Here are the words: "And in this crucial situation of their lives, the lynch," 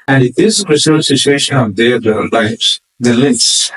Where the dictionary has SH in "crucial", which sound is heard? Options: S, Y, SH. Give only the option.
S